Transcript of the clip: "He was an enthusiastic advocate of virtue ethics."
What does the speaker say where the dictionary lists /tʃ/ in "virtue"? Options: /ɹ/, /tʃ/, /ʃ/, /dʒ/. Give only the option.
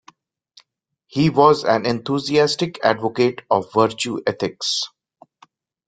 /tʃ/